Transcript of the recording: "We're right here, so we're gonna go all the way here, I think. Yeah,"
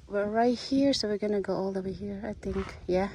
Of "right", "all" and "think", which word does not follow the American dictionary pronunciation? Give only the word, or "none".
none